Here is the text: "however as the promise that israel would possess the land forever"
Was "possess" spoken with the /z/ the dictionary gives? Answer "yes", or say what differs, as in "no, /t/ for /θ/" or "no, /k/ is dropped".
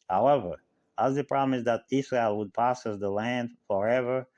no, /s/ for /z/